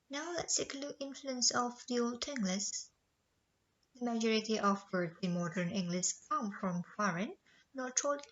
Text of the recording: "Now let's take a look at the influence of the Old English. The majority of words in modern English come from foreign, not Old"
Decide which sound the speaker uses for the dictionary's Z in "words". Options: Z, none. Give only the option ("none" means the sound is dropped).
none